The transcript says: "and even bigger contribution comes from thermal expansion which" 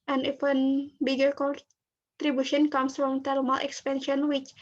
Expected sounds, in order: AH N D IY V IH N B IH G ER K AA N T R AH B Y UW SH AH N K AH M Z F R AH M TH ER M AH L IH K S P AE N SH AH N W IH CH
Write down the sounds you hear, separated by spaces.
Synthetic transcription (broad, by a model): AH N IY F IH N B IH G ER K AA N T R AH B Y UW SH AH N K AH M S F R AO M T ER M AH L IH K S P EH N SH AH N W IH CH